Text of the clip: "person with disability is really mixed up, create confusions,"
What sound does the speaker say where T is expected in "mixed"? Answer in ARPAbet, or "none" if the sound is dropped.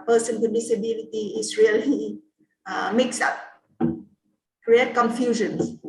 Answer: none